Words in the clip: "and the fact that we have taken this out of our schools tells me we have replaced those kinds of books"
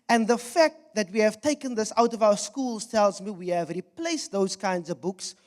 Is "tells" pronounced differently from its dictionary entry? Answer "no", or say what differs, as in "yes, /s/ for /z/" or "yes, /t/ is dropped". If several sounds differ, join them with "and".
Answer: no